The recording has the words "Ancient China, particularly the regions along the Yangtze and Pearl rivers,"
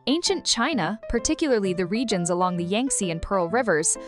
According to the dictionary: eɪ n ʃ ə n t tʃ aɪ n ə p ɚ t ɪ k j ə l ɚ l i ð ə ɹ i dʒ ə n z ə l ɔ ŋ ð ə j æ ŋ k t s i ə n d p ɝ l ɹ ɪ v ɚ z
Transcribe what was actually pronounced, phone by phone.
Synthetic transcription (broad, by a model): eɪ n ʃ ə n tʃ aɪ n ə p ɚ t ɪ k j l ɚ l i ð ə ɹ i dʒ ə n z ə l ɔ ŋ ð ə j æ ŋ k s i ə n p ɝ l ɹ ɪ v ɚ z